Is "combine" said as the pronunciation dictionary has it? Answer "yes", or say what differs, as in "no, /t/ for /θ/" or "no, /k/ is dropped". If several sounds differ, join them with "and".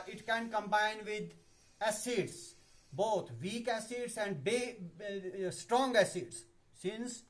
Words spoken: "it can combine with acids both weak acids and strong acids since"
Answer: yes